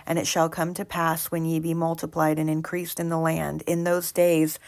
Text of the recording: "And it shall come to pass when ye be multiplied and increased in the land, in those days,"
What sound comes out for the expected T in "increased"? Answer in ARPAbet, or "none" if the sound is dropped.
T